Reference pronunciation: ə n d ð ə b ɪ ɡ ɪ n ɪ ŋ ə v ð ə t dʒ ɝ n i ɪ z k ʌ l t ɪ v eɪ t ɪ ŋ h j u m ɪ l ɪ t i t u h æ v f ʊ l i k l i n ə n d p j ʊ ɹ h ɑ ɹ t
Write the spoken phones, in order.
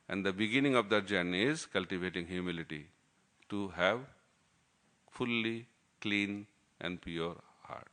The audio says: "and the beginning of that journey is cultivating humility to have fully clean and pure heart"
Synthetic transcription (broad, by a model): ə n d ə b ɪ ɡ ɪ n ɪ ŋ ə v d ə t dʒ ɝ n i ɪ z k ʌ l t ɪ v eɪ t ɪ ŋ h j u m ɪ l ɪ t i t u h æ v f ʊ l i k l i n ə n d p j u ɹ h ɑ ɹ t